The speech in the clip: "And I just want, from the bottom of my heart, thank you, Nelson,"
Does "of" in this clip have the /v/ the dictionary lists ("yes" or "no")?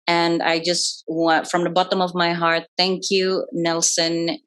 yes